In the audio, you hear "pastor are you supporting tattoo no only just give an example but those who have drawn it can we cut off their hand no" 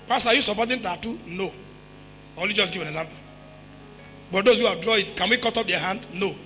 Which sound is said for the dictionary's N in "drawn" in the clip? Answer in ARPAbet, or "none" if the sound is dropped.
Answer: none